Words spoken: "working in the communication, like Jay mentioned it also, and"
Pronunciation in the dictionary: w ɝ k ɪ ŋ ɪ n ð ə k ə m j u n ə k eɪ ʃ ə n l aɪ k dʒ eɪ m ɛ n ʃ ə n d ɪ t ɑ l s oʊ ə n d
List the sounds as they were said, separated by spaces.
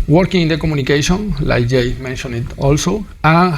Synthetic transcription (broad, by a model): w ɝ k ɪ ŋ ɪ n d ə k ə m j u n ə k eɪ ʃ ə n l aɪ dʒ eɪ m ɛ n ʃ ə n ɪ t ɑ l s oʊ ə